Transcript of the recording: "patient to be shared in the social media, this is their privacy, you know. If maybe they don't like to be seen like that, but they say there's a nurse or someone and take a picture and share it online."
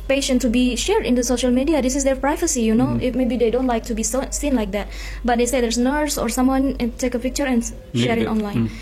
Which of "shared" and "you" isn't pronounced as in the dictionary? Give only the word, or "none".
none